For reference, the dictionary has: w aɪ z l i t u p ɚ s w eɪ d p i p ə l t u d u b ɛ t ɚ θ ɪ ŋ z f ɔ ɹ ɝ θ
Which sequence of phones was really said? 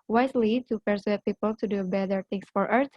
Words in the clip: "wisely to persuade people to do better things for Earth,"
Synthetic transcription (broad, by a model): w aɪ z l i t u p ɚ s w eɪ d p i p ə l t u d u b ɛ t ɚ t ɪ ŋ s f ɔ ɹ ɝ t